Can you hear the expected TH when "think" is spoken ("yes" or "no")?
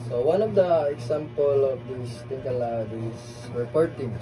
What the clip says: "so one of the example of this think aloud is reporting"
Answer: no